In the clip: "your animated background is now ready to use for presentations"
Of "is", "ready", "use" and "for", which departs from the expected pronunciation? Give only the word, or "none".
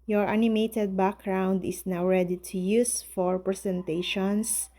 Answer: is